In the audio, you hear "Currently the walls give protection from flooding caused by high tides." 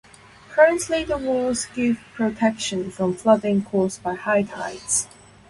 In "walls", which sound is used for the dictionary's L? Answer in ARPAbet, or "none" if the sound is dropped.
none